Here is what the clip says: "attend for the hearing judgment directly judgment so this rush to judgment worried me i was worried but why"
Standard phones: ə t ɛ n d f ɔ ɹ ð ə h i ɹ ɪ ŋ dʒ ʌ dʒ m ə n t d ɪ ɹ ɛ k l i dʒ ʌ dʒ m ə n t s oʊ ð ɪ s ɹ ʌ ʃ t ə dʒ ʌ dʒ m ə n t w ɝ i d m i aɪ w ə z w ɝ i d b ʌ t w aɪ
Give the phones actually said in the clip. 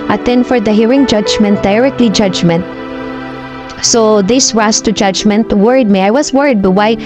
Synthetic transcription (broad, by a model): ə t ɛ n f ɔ ɹ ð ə h i ɹ ɪ ŋ dʒ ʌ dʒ m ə n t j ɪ ɹ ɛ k l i dʒ ʌ dʒ m ə n t s oʊ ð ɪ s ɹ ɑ s t ə dʒ ʌ dʒ m ə n t w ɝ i d m i aɪ w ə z w ɝ i d b ʌ t w aɪ